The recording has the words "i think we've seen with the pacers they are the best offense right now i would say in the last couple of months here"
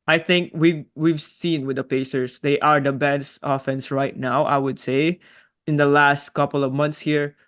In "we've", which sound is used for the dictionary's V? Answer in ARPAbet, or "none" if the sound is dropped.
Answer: V